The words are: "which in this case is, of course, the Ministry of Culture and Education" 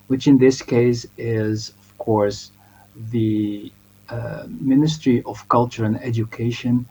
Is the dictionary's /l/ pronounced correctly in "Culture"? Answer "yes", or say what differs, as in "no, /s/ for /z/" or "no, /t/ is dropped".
yes